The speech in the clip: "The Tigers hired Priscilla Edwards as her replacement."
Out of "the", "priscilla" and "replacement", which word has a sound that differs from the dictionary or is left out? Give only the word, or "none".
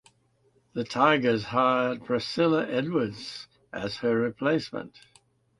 priscilla